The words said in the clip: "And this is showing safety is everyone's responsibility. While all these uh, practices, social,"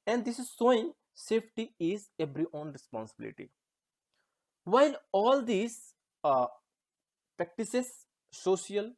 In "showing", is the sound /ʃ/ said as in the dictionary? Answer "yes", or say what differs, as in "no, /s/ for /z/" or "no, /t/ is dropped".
no, /s/ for /ʃ/